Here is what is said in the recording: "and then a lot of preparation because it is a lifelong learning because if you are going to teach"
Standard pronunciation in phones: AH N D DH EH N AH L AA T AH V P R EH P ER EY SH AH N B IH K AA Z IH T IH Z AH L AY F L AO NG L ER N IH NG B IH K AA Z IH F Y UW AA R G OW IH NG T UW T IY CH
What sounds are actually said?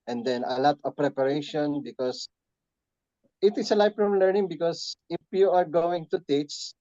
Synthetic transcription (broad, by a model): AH N D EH N AH L AA T AH V P R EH P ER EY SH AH N B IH K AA S IH T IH S AH L AY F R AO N L ER N IH NG B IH K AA S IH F Y UW AA R G OW IH NG T UW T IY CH